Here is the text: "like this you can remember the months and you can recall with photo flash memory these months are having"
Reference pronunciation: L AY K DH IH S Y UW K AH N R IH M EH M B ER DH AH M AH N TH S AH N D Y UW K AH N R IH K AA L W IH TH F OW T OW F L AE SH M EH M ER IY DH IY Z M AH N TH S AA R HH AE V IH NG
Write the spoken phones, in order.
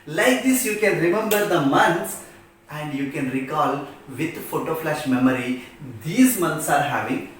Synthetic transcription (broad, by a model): L AY K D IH S Y UW K AH N R IH M EH M B ER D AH M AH N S AH N D Y UW K AH N R IH K AA L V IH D F OW T OW F L AE SH M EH M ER IY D IY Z M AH N T S AA R HH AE V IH NG